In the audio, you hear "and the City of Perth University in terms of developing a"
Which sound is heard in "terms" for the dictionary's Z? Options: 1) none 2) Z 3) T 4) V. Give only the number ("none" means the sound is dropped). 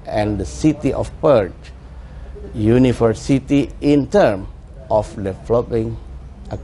1